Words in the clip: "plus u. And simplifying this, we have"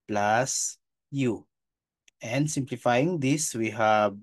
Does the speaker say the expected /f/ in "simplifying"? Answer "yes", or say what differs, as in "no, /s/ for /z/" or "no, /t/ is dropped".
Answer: yes